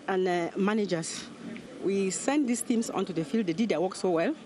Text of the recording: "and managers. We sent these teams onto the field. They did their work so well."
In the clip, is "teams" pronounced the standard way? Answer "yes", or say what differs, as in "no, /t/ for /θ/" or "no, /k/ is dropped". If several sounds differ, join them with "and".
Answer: no, /s/ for /z/